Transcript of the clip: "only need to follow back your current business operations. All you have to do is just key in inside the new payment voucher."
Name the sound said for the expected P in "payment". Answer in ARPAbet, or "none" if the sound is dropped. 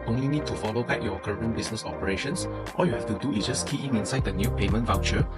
P